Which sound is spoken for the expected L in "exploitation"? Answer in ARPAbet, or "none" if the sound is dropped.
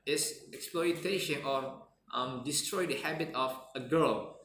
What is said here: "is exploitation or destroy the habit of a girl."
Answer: L